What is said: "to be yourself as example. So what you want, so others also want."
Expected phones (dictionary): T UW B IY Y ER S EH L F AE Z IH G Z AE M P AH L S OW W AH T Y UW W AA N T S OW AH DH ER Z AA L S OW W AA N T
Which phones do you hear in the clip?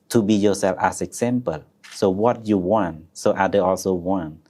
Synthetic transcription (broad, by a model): T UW B IY Y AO S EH L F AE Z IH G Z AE M P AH L S OW W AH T Y UW W AA N T S OW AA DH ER AA L S OW W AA N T